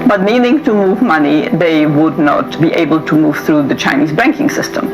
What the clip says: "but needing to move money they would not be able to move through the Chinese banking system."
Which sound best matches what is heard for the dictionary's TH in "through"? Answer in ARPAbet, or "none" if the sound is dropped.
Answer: TH